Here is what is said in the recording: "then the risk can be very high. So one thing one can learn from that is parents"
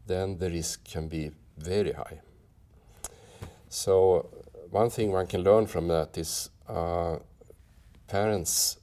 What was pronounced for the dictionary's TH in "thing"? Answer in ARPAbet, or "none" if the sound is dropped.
TH